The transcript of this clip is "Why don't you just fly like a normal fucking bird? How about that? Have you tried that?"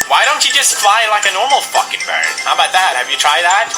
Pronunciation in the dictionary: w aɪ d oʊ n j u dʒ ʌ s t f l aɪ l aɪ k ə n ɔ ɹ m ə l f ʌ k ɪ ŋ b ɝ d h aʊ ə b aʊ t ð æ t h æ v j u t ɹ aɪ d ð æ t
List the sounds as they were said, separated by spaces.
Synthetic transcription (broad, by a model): w aɪ d oʊ n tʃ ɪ dʒ ʌ s t f l aɪ l aɪ k ə n ɔ ɹ m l p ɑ k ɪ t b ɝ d h aʊ ə b aʊ t ð æ t h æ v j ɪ t ɹ aɪ d ð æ t